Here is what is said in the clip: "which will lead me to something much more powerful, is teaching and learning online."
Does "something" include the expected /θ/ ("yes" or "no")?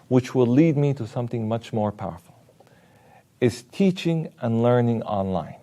yes